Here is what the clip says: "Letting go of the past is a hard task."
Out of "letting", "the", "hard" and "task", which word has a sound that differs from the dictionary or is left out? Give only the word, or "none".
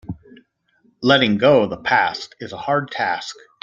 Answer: none